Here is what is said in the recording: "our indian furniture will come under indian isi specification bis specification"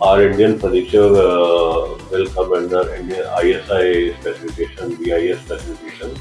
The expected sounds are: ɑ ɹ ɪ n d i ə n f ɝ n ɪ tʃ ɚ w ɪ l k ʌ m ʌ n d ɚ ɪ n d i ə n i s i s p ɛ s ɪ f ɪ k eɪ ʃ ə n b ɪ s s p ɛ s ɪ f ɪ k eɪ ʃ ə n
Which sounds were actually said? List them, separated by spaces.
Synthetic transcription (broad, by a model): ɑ ɹ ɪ n d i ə n p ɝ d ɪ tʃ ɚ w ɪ l k ʌ m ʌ n d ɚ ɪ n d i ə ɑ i s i s p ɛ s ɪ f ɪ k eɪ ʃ ə n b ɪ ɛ s p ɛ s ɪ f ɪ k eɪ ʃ ə n